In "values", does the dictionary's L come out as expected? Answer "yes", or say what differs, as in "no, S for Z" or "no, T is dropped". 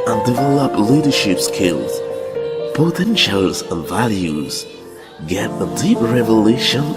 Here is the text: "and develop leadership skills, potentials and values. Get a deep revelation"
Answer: yes